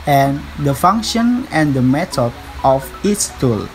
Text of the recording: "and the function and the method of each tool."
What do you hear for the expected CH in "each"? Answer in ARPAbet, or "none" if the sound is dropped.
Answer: S